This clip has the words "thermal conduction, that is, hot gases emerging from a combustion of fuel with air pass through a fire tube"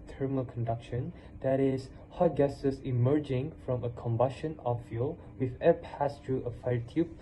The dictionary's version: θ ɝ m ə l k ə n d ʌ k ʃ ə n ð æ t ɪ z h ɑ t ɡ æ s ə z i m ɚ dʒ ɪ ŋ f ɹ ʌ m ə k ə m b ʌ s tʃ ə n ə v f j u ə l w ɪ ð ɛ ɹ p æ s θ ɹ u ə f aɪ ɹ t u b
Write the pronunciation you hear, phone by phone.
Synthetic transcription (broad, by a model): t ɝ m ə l k ə n d ʌ k ʃ ə n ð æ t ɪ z h ɑ t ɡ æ s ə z i m ɚ dʒ ɪ ŋ f ɹ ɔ m ə k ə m b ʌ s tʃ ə n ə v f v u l w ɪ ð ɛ p æ s t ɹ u ə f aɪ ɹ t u